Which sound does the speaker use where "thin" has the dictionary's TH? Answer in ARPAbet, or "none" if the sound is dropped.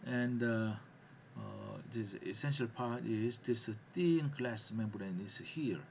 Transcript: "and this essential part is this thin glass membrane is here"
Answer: T